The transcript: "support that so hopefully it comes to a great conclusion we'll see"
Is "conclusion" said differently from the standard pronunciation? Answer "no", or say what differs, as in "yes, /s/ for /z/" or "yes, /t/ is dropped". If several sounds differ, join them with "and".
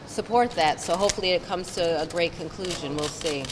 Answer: no